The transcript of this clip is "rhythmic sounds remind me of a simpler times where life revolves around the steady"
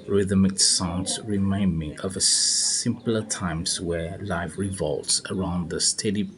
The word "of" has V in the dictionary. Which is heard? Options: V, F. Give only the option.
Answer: V